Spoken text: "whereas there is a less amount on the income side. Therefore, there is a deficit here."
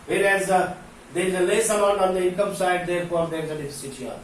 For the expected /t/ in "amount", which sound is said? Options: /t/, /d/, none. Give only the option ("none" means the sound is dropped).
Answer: none